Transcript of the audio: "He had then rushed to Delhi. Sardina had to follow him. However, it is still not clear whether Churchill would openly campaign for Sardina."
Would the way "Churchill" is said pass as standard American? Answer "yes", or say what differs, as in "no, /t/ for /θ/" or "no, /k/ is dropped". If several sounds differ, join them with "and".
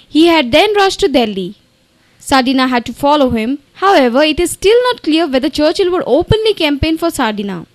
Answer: yes